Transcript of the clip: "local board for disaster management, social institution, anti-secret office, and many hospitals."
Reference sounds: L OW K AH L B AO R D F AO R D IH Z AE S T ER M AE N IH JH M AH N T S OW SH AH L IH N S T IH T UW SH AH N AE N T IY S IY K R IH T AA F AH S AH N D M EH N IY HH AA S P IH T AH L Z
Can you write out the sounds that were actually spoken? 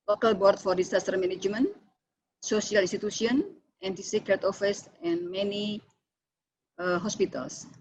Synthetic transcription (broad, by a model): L OW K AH L B AO R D F AO R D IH S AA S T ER M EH N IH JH M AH N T S OW S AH L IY N S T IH T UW S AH N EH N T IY S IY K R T AA F AH S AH N M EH N IY HH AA S P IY T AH L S